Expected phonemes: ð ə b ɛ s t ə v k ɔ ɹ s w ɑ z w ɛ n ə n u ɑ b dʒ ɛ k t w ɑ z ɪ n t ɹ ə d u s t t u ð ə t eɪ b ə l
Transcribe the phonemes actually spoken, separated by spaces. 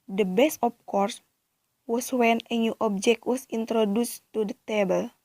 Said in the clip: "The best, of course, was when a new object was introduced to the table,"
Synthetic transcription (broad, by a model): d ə b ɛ s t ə p k ɔ ɹ s w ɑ s w ɛ n ə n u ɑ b dʒ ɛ k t w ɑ s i n t ɹ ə d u s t t u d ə t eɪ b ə l